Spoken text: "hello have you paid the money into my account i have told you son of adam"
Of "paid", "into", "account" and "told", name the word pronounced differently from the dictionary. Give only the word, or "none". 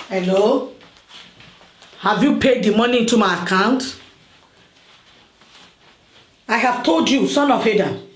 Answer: none